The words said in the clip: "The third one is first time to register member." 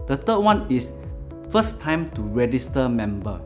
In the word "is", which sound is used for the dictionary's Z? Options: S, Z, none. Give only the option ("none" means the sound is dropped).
S